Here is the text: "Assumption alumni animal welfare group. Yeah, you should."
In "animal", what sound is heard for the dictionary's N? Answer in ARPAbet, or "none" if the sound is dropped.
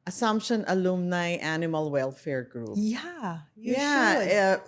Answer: N